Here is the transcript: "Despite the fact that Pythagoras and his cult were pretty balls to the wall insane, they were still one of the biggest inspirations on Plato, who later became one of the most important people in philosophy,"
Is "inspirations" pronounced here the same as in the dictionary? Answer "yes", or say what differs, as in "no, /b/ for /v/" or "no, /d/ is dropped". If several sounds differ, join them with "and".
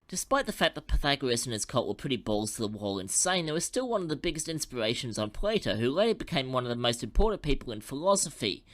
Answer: yes